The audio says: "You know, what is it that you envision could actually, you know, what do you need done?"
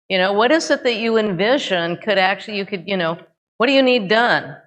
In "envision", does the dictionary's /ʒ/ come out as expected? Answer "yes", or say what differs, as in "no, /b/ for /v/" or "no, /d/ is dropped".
yes